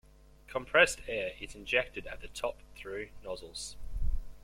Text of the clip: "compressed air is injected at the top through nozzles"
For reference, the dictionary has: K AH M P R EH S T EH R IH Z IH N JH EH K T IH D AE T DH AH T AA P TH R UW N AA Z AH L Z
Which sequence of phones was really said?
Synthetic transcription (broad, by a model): K AH M P R EH S T EH R IH Z IH N JH EH K T IH D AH T DH AH T AA P TH R UW N AA Z AH L Z